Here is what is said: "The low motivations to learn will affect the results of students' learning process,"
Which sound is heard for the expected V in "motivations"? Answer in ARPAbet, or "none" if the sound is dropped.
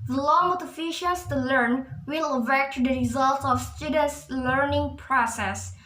F